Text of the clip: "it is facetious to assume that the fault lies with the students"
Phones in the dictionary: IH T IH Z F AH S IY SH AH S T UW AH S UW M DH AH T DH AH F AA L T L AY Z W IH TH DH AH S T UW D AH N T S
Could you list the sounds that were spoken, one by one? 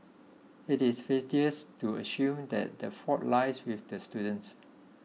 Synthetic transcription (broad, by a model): IH T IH S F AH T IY AH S T UW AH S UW M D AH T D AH F AA T L AY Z W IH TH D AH S T UW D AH N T S